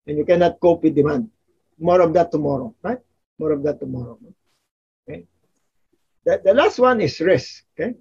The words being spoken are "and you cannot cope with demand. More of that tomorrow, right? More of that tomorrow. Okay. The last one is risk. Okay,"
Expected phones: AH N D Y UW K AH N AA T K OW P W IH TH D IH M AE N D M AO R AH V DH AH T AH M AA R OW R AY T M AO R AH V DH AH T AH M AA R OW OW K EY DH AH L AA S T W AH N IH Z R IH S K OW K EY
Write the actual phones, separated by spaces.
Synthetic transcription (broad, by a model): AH N Y UW K AH N AA T K OW P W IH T D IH M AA N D M AO R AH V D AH T AH M AA R OW R AY T M AO R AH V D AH T AH M AA R OW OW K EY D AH L AA S T W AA N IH S R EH S OW K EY